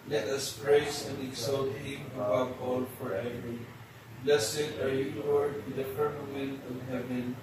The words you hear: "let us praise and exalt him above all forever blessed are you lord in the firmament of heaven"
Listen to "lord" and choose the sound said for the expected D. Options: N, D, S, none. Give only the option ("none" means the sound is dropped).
none